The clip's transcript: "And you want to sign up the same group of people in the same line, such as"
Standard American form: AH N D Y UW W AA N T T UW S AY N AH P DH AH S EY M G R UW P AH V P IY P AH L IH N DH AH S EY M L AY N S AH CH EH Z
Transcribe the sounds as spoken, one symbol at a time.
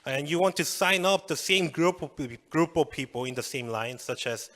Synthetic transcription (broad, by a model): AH N Y UW W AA N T T UW S AY N AH P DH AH S EY M G R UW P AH P P IY P AH L IH N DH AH S EY M L AY N S AH CH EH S